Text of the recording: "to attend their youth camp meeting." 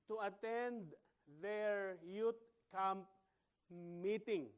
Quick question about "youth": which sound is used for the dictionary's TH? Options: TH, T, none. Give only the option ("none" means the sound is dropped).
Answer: T